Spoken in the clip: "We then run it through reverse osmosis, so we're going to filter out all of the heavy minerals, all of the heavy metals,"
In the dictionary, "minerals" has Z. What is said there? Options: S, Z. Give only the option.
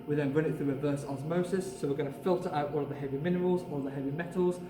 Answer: Z